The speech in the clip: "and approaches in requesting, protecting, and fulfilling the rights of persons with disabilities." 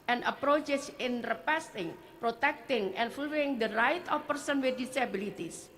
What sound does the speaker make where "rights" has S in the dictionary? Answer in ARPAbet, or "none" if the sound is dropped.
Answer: none